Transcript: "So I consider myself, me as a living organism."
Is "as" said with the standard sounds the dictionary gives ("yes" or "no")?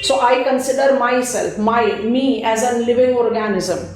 yes